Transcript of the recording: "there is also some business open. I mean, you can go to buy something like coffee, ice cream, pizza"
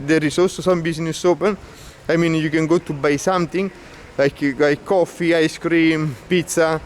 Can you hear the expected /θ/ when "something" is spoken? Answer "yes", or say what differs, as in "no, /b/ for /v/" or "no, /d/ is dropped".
no, /t/ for /θ/